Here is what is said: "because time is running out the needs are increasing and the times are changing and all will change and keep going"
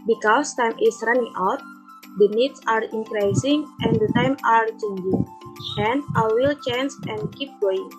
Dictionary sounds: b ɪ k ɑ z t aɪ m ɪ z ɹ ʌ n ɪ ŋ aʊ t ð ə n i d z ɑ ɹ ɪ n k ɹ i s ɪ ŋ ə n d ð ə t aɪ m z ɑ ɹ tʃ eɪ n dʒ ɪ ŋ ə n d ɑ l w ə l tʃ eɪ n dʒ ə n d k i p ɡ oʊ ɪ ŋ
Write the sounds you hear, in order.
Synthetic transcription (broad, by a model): b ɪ k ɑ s t aɪ m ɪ s ɹ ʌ n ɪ ŋ aʊ t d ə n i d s ɑ ɹ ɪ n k ɹ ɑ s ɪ ŋ ə n d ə t aɪ m ɑ ɹ tʃ eɪ n dʒ ɪ ŋ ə n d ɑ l w ə l tʃ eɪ n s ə n k i p ɡ oʊ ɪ ŋ